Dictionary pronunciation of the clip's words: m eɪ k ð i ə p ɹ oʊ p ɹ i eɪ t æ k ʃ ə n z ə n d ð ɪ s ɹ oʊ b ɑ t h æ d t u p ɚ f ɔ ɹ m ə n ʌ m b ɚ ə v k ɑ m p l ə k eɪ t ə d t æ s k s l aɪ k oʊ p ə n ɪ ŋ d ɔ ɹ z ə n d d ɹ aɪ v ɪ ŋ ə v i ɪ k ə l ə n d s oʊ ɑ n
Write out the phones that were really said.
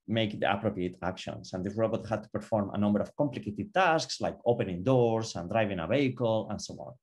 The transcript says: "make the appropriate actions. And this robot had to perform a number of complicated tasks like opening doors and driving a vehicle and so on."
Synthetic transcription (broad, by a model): m eɪ k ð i ə p ɹ oʊ p ɹ i eɪ t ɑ k ʃ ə n s ə n d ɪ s ɹ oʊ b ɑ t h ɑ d t u p ɚ f ɔ ɹ m ə n ʌ m b ɚ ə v k ɑ m p l ə k eɪ t ə d t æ s k s l aɪ k oʊ p ə n ɪ ŋ d ɔ ɹ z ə n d d ɹ aɪ v ɪ ŋ ə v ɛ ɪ k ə l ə n s oʊ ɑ n